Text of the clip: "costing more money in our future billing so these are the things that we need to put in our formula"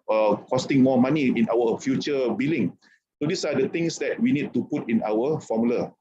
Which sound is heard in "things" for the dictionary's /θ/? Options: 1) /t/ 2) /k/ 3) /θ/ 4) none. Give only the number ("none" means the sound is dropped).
1